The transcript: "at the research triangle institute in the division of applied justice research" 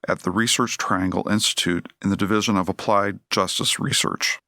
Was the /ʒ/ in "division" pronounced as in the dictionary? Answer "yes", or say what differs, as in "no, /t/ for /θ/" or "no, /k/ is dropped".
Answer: yes